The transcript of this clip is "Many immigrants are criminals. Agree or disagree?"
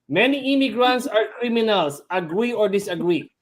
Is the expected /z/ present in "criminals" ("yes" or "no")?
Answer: no